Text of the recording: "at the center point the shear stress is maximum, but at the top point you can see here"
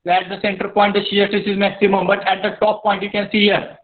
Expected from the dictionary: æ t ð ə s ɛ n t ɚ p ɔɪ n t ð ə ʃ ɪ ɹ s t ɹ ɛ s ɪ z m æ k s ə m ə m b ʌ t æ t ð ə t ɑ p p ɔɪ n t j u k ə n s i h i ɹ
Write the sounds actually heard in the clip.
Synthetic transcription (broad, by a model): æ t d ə s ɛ n t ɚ p ɔɪ n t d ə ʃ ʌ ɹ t ɪ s ɪ z m æ k s ə m ə m b ʌ t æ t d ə t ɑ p p ɔɪ n t j u k ə n s i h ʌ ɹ